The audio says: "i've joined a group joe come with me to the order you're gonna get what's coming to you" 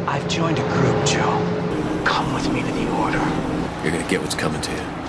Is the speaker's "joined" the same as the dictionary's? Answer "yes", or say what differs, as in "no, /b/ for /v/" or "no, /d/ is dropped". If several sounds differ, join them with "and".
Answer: yes